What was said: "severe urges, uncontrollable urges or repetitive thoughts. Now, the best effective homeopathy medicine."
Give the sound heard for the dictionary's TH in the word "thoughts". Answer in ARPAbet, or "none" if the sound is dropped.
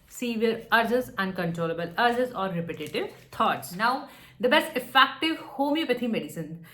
T